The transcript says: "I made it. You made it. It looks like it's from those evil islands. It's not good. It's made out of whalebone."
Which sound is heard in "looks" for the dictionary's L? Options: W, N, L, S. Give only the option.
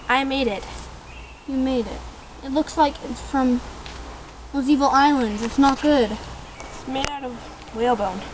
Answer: L